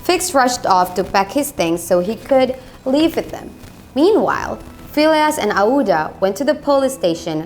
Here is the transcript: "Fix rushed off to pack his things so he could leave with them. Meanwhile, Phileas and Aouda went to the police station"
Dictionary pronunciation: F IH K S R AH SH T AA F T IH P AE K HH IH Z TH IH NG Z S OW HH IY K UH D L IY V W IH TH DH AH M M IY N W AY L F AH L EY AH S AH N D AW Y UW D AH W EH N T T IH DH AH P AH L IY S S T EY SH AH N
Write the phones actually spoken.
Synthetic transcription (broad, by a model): F IH K S R AH SH T AA F T IH B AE K HH IH Z TH IH NG Z S OW IY K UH D L IY V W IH DH AH M M IY N W AY L F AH L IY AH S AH N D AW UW D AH W EH N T T IH DH AH P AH L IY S S T EY SH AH N